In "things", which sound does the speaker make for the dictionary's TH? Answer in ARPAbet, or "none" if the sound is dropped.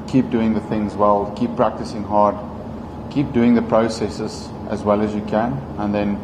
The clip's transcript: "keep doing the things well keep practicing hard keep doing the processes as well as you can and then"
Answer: TH